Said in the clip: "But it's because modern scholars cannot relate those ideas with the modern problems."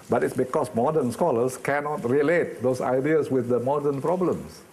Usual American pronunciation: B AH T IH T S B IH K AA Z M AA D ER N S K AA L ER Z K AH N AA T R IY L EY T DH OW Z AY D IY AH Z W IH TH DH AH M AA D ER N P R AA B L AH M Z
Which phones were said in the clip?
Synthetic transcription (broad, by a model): B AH T IH T S B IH K AA S M AA D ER N S K AA L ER S K AH N AA T R IY L EY T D OW S AY D IY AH S W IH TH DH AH M AA D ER N P R AA B L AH M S